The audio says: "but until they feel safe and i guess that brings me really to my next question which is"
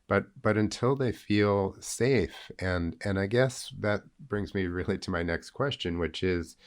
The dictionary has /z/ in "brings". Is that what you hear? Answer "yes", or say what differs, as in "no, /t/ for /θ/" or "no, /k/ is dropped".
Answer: yes